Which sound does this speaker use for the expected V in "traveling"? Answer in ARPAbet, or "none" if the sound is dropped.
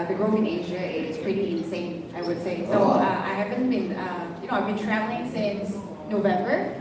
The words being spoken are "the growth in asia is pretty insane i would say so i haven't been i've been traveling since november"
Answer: none